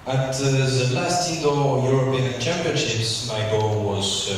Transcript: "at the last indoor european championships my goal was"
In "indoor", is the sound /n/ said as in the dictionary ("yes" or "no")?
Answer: no